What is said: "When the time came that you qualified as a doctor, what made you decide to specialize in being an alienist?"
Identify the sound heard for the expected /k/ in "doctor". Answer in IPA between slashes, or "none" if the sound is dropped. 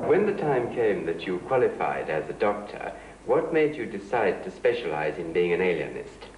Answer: /k/